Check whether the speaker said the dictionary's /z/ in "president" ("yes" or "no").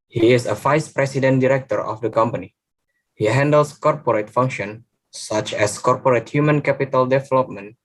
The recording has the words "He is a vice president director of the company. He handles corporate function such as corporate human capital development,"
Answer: no